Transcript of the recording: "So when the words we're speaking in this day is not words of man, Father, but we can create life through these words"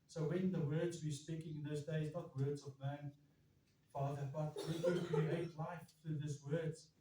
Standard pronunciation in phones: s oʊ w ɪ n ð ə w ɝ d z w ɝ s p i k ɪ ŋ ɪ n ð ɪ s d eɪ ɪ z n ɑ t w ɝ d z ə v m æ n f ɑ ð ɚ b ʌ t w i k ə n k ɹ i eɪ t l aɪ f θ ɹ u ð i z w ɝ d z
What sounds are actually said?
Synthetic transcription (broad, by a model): s oʊ w ɪ n ð ə w ɝ d z w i s p i k ɪ ŋ ɪ n ð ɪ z d eɪ ɪ z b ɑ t w ɝ d z ə v m æ n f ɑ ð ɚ b ʌ t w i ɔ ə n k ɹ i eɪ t l aɪ f θ ɹ u ð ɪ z w ɝ d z